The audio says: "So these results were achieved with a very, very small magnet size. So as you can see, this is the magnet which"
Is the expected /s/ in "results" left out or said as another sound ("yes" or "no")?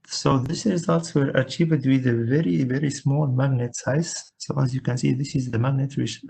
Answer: no